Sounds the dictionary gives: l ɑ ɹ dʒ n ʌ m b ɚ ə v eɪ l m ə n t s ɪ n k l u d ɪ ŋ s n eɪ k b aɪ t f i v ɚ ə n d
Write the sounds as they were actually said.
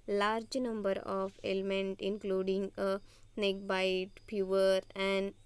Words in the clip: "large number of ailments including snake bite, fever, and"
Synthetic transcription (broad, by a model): l ɑ ɹ dʒ n ʌ m b ɚ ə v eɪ l m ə n t ɪ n k l u d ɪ ŋ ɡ n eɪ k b aɪ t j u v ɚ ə n d